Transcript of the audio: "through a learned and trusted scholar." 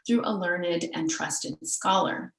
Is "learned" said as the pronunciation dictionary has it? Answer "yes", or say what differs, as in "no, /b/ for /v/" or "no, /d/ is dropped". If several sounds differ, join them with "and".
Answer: yes